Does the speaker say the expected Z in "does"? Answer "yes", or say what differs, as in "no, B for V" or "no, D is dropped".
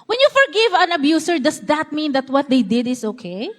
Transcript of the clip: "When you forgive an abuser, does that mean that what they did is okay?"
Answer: no, S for Z